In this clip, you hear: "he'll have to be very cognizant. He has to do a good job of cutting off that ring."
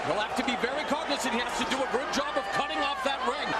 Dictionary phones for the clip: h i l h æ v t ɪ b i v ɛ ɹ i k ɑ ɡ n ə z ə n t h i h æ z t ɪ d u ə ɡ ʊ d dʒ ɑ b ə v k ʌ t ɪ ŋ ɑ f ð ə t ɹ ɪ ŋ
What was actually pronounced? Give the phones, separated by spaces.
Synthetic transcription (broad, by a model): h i l h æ f t ɪ b i v ɛ ɹ i k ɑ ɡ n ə s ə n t h i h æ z t ɪ d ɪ ə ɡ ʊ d dʒ ɑ b ə v k ʌ t ɪ ŋ ɑ f ð ə t ɹ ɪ ŋ